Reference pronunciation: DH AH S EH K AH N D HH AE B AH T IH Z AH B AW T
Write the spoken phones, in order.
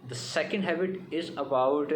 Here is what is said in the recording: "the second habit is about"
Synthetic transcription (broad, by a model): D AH S EH K AH N D HH AE B AH T IH Z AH B AW T